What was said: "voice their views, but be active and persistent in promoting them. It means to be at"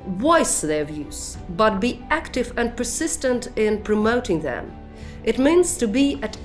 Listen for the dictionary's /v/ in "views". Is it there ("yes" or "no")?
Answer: yes